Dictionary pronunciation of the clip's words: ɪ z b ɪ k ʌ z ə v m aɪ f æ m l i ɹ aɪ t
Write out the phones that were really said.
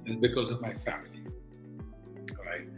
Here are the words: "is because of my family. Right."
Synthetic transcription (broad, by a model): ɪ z b ɪ k ʌ z ə v m aɪ f æ m l i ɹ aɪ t